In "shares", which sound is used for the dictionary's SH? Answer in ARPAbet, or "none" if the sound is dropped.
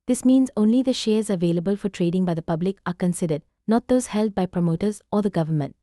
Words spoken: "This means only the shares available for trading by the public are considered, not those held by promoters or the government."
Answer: SH